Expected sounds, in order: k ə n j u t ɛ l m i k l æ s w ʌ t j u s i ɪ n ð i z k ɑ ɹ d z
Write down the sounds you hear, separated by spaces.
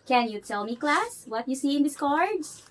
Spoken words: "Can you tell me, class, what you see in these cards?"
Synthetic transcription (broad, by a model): k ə n j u t ɛ l m i k l æ s w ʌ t j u s i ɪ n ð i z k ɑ ɹ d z